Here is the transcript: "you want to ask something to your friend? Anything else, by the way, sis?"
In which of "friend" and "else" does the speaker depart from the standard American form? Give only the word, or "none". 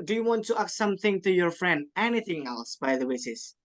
none